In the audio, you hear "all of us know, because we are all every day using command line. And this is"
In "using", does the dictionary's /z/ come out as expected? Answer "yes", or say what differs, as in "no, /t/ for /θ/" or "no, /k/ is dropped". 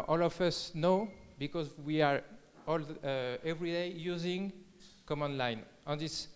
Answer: yes